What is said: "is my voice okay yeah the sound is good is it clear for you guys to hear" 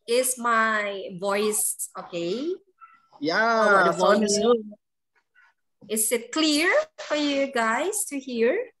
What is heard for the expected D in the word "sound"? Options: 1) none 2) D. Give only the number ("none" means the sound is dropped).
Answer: 1